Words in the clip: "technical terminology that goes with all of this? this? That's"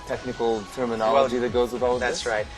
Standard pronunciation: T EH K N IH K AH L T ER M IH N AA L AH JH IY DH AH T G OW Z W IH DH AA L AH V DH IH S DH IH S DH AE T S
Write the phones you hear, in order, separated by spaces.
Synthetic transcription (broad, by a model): T EH K N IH K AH L T ER M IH N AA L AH JH IY DH AH T G OW Z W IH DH AA L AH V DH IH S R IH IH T